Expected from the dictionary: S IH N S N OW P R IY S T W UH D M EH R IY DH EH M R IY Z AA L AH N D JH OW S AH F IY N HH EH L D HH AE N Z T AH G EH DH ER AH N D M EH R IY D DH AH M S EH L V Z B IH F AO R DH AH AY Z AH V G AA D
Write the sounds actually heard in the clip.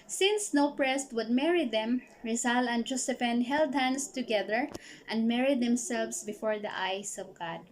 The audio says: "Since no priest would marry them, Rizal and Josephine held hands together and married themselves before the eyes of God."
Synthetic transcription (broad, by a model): S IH N S N OW P R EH S T W UH D M EH R IY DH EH M R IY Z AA L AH N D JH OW S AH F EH N HH EH L D HH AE N S T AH G EH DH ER AH N D M EH R IY D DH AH M S EH L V S B IH F AO R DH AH AY S AH V G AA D